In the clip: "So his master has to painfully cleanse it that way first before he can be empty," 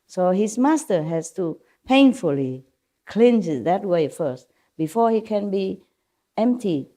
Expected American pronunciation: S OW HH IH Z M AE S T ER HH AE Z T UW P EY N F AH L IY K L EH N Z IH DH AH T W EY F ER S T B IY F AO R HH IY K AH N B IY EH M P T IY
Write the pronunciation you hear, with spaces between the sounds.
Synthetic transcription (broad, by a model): S OW HH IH S M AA S T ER HH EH S T UW P EY N F AH L IY K L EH N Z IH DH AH T W EY F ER S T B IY F AO HH IY K AH N B IY EH M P T IY